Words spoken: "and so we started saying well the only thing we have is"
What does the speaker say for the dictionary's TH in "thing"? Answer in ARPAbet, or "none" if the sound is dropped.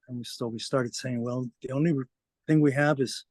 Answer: TH